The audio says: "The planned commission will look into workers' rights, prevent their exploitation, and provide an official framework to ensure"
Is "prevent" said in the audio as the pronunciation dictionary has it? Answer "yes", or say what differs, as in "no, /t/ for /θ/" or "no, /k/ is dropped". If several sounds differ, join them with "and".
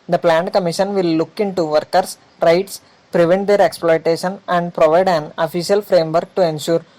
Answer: yes